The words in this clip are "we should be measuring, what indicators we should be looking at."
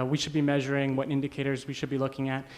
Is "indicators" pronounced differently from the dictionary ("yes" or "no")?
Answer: no